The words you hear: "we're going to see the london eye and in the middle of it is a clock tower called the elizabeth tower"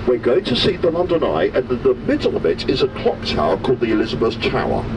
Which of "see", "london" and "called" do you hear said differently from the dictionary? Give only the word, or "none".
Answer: none